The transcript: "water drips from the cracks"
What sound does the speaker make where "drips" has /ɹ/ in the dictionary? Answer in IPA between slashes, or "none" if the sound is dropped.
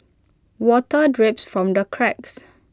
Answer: /ɹ/